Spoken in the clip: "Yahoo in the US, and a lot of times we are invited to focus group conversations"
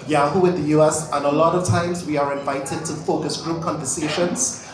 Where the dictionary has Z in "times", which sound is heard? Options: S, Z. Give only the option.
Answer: Z